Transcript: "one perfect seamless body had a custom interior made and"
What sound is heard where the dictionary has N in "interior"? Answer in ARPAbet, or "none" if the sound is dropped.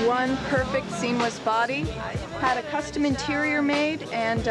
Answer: N